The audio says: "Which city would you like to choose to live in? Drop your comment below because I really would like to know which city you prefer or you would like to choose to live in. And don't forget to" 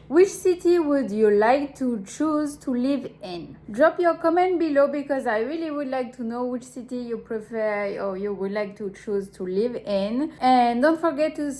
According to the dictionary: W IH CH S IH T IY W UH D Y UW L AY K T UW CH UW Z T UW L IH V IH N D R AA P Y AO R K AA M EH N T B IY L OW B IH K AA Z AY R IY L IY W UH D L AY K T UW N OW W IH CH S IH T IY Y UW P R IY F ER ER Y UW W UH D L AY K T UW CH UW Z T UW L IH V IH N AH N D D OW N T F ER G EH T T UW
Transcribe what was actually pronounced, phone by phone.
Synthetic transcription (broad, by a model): W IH CH S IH T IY W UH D Y UW L AY K T UW CH UW Z T UW L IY V IH N D R AA P Y AO R K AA M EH N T B IY L OW B IH K AA Z AY R IY L IY W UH D L AY K T UW N OW W IH CH S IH T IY Y UW P R IY F ER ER Y UW W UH D L AY K T UW CH UW Z T UW L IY V IH N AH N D D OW N T F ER G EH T T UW